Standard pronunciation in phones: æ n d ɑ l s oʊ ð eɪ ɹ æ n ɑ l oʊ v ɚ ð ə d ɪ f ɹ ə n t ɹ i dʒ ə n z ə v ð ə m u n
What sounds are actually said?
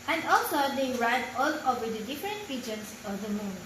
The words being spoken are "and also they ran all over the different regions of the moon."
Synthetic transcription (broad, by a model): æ n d ɑ l s oʊ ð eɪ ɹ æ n ɑ l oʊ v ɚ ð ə d ɪ f ɹ ə n t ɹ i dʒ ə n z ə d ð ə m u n